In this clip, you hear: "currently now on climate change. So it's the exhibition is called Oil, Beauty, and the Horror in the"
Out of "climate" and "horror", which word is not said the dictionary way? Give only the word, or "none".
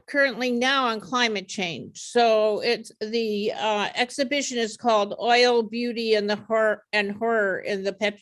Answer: none